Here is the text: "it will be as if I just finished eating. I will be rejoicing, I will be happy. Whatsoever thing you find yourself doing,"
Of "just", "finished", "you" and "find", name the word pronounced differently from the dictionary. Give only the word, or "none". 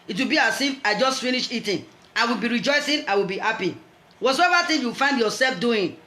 finished